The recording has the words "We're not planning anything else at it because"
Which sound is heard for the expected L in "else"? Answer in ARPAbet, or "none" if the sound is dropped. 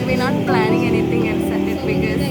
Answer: N